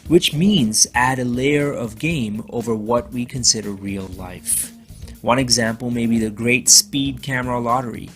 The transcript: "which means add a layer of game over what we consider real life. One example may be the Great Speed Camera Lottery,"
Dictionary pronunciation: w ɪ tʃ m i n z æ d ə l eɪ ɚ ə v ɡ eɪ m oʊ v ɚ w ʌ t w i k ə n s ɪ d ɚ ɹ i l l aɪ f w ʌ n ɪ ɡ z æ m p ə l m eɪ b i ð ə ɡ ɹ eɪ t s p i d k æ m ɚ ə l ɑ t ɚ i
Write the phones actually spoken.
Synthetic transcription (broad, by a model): w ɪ tʃ m i n z æ d ə l eɪ ɚ ə v ɡ eɪ m oʊ v ɚ w ʌ t w i k ə n s ɪ d ɚ ɹ i l l aɪ f w ʌ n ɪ ɡ z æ m p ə l m eɪ b i ð ə ɡ ɹ eɪ t s p i d k æ m ɚ ə l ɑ t ɚ i